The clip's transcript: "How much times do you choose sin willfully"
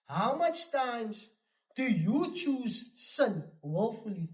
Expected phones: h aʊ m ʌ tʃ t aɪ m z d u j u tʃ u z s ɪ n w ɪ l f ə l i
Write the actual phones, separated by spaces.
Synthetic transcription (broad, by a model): h aʊ m ʌ tʃ t aɪ m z d u j u tʃ u z s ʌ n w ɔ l f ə l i